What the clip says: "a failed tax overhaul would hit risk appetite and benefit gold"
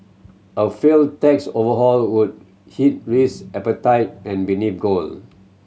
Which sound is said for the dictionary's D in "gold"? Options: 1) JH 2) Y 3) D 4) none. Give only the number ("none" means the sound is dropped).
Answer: 4